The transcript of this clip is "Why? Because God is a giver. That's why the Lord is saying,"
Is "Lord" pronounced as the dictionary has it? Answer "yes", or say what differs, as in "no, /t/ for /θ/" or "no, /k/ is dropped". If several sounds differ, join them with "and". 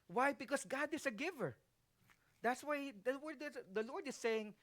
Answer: no, /w/ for /l/